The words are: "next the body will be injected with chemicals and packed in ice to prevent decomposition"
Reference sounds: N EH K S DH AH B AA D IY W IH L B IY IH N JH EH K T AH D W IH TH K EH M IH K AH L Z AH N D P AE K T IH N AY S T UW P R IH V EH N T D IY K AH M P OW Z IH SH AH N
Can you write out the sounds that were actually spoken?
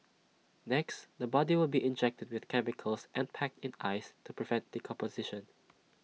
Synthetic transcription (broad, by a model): N EH K S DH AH B AA D IY W IH L B IY IH N JH EH K T AH D W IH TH K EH M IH K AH L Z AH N P AE K T IH N AY S T UW P R IH V EH N T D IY K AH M P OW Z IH SH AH N